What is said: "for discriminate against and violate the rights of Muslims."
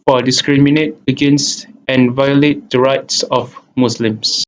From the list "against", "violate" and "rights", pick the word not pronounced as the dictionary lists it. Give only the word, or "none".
none